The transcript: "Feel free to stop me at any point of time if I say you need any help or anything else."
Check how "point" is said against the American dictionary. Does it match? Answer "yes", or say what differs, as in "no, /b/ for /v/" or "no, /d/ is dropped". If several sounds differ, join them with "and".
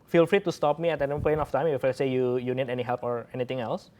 no, /t/ is dropped